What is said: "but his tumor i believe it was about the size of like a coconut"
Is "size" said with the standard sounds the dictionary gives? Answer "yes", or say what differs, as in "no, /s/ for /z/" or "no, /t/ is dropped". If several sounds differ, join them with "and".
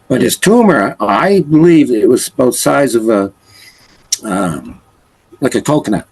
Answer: yes